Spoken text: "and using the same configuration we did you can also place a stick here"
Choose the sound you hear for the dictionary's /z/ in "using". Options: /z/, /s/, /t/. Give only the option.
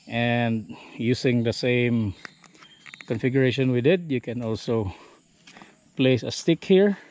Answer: /s/